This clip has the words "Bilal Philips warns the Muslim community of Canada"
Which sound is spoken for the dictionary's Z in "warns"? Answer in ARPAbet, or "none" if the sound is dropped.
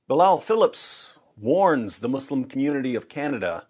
Z